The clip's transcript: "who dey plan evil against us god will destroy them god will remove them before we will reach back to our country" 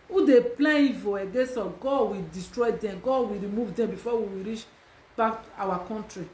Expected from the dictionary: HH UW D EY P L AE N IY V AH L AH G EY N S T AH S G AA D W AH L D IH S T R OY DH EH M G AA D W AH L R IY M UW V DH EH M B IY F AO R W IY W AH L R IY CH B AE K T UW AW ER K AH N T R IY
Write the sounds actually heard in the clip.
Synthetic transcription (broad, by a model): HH UW D EY P L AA IY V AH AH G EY S AO G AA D W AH D IH S T R OY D EH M G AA W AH R IY M UW V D EH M B IY F AO W IY W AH R IY CH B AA K T UW AW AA K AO N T R IY